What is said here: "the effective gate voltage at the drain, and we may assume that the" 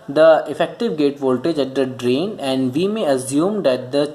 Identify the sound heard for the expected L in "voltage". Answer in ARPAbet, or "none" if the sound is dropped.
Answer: L